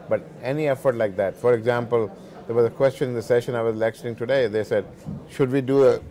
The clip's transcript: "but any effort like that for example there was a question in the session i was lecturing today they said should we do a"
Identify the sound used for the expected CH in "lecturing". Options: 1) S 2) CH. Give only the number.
1